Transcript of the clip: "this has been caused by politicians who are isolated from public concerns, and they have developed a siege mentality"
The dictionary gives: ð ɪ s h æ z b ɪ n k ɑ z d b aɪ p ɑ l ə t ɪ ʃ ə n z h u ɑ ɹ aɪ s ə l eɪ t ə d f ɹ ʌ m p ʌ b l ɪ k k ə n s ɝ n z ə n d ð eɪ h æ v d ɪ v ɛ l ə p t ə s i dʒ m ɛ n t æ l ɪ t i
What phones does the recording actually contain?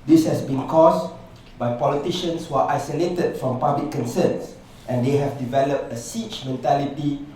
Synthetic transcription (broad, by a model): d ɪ s h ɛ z b ɪ n k ɑ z b aɪ p ɑ l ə t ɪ ʃ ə n s h u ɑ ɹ aɪ s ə l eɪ t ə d f ɹ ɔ m p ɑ b l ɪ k k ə n s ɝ n s ə n d eɪ h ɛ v d ɪ v ɛ l ə p t ə s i tʃ m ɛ n t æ l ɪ t i